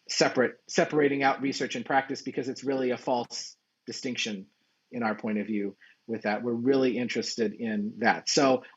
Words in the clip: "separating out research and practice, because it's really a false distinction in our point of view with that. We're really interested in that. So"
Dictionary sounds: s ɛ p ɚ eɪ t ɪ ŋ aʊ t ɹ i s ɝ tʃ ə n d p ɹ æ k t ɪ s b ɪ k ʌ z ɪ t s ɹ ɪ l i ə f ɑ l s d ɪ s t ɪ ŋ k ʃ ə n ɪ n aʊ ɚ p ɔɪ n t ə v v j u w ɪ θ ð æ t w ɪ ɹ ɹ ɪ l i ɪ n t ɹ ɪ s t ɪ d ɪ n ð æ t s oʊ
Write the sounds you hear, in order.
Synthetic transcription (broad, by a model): s ɛ p ɚ eɪ t ɪ ŋ aʊ t ɹ i s ɝ tʃ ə n p ɹ æ k t ɪ s b ɪ k ʌ z ɪ t s ɹ ɪ l i ə f ɑ l s d ɪ s t ɪ ŋ k ʃ ə n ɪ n aʊ ɚ p ɔɪ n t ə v v j u w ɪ ð æ t w ɪ ɹ ɹ ɪ l i ɪ n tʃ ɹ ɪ s t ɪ d ɪ n ð æ t s oʊ